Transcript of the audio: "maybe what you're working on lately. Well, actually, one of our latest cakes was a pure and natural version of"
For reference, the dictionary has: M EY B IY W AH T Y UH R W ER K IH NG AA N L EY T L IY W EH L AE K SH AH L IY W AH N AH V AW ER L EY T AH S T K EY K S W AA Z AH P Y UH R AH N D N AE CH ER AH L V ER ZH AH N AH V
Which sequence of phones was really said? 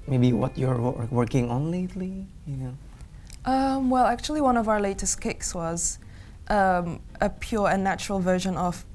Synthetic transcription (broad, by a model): M EY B IY W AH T Y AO R W ER K IH NG AA N L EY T L IY W EH L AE K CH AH L IY W AH N AH V AW ER L EY T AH S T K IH K S W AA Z AH P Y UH R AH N N AE CH ER AH L V ER ZH AH N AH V